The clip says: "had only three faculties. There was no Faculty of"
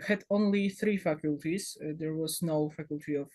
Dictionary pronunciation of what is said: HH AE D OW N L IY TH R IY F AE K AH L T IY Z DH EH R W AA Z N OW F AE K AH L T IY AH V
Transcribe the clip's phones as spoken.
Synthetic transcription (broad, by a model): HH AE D OW N L IY TH R IY F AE K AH L T IY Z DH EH R W AA Z N OW F AE K AH L T IY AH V